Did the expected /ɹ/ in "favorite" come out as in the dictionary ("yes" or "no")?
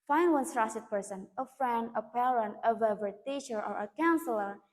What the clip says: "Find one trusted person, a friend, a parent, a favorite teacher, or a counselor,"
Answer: no